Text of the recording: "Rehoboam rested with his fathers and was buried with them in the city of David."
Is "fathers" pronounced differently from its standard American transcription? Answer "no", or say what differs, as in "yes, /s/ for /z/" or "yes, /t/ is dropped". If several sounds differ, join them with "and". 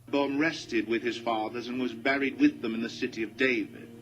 no